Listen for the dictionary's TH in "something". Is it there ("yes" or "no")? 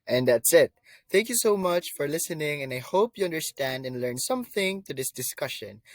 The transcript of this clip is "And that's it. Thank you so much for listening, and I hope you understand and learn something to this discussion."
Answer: yes